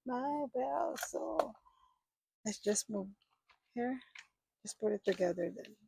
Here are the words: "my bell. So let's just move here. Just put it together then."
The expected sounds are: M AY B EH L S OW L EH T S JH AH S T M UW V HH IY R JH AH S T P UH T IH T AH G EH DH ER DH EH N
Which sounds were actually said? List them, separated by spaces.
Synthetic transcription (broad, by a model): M AY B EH L S OW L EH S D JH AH S T M UW V HH IY R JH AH S P UH T IH T AH G EH DH ER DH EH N